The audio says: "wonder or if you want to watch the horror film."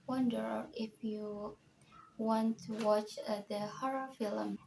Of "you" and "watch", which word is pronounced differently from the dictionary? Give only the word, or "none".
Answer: none